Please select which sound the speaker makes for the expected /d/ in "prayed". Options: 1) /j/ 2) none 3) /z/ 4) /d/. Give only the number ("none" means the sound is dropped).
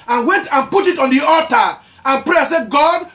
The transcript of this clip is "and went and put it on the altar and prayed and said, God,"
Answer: 2